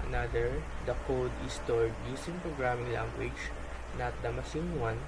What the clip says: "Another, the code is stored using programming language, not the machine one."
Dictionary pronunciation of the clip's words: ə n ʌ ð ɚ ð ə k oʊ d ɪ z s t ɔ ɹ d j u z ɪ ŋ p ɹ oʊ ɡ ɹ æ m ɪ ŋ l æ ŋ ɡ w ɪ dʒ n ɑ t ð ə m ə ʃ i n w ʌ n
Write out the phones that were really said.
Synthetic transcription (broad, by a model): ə n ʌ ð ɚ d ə k oʊ d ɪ s t ɔ ɹ d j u s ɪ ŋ p ɹ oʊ ɡ ɹ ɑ m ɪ ŋ l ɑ ŋ ɡ w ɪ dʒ n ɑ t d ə m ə s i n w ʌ n